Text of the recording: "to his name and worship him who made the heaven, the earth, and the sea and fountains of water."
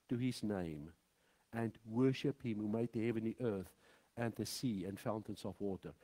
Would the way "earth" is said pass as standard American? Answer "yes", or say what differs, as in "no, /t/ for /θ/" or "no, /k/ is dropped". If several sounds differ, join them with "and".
yes